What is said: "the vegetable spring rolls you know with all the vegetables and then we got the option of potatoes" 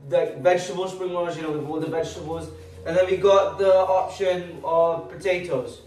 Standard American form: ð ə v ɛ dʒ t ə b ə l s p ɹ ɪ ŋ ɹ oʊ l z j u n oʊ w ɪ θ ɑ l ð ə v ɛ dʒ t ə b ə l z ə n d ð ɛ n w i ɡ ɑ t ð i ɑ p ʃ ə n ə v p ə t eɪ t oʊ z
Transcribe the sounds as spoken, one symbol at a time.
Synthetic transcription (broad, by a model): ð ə v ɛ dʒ t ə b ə l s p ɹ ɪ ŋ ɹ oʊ z j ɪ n oʊ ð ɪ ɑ ð ə v ɛ dʒ t ə b ə l z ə n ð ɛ n w i ɡ ɑ t ð i ɑ p ʃ ə n ə v p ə t eɪ t oʊ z